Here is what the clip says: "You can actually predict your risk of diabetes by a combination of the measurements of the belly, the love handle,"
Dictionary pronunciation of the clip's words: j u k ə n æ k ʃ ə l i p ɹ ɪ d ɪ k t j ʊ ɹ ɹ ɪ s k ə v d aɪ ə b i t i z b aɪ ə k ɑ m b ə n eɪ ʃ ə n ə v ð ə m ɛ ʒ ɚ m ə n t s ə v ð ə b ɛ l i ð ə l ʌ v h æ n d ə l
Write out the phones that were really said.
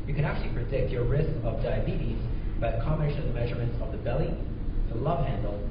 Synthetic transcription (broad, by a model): j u k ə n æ k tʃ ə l i p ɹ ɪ d ɪ k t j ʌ ɹ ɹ ɪ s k ə v d aɪ ə b i t i z b aɪ ə k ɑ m ə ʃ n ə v ð ə m ɛ ʒ ɚ m ə n t s ə v ð ə b ɛ l i ð ə l ʌ v h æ n d l